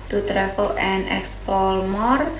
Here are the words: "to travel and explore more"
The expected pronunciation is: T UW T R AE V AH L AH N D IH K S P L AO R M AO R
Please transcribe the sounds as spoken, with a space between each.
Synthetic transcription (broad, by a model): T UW T R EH F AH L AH N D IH K S P AO L M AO R